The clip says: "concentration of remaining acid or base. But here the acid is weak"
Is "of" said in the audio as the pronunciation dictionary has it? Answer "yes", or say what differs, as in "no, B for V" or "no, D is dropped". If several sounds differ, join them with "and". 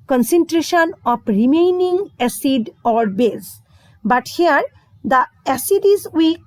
no, P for V